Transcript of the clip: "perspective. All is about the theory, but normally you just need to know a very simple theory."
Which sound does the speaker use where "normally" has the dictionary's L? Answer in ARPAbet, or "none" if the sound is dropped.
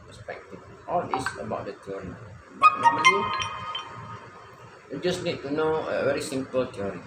none